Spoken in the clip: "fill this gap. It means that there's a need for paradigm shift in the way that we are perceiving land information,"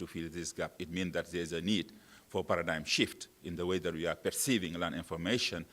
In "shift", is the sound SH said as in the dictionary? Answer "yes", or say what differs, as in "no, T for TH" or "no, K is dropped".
yes